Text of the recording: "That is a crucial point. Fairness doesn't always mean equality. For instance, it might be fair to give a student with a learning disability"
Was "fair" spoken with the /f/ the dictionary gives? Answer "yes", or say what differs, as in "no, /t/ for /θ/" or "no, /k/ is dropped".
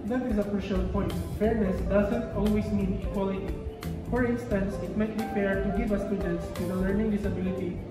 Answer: no, /p/ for /f/